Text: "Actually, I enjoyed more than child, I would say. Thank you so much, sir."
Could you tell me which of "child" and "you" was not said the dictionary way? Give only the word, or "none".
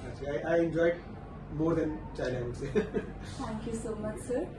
child